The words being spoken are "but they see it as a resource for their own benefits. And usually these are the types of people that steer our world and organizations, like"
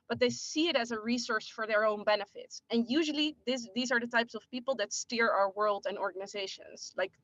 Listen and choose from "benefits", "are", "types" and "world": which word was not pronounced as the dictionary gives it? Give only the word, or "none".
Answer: none